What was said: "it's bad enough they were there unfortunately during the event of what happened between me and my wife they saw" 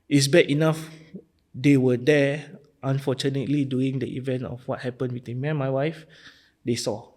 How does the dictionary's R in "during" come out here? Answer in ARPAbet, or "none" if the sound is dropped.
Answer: none